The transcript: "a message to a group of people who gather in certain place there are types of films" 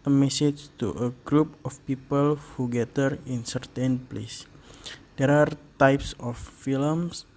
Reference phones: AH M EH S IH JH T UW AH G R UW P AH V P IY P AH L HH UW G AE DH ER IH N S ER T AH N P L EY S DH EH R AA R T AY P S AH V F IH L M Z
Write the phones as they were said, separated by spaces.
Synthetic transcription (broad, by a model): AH M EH S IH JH T UW AH G R UW P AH F P IY P AH L HH UW G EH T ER IH N S ER T AH N P L EY S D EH R AA R T AY P S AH F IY L M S